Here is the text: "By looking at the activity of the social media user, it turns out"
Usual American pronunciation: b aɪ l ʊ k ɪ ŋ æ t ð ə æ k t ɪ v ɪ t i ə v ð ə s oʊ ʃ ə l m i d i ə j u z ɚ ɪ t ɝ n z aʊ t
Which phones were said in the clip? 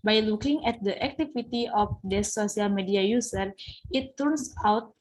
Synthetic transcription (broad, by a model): b aɪ l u k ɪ ŋ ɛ t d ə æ k t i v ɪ t i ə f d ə s oʊ s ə l m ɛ d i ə j u s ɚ ɪ t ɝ n s aʊ t